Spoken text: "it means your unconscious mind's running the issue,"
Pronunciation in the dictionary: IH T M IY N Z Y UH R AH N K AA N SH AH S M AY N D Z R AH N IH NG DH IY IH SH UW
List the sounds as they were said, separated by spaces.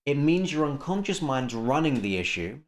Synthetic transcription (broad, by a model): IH T M IY N Z Y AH R AH N K AA N SH AH S M AY N D Z R AH N IH NG DH IY IH SH UW